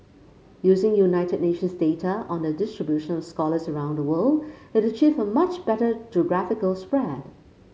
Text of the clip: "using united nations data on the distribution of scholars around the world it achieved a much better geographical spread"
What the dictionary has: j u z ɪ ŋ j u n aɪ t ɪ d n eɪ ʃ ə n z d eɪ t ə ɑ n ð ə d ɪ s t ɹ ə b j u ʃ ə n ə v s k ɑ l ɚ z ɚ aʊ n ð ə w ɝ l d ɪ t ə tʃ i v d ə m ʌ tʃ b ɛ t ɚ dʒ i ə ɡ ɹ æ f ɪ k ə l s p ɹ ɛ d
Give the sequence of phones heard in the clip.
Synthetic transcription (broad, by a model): j u z ɪ ŋ j u n aɪ t ɪ d n eɪ ʃ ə n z d eɪ t ə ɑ n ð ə d ɪ s t ɹ ə b j u ʃ ə n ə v s k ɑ l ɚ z ɚ aʊ n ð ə w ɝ l d ɪ t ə tʃ i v ə m ʌ tʃ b ɛ t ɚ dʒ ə ɡ ɹ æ f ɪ k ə l s p ɹ ɛ d